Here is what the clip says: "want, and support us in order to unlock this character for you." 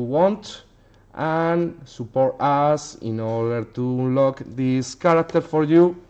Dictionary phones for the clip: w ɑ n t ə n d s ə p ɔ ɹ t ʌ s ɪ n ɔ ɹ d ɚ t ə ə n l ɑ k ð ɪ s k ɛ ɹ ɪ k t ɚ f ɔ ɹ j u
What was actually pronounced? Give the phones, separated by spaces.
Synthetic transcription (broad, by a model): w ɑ n t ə n s ə p ɔ ɹ t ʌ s ɪ n ɔ ɹ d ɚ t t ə l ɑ k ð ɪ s k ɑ ɹ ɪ k t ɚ f ɔ ɹ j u